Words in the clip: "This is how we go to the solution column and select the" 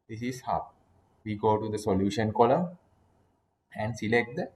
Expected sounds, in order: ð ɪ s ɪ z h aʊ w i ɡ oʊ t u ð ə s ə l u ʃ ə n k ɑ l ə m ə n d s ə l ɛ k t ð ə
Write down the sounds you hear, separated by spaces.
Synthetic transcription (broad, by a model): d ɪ s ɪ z h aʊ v i ɡ oʊ t u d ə s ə l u ʃ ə n k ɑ l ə ə n d s ə l ɛ k t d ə